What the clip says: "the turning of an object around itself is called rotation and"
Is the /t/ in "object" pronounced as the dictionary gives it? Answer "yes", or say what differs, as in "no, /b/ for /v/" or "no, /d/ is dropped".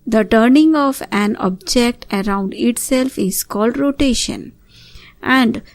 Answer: yes